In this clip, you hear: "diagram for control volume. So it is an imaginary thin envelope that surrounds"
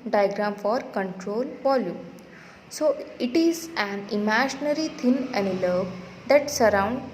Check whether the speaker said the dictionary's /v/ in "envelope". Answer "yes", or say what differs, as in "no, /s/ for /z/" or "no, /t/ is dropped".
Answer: no, /v/ is dropped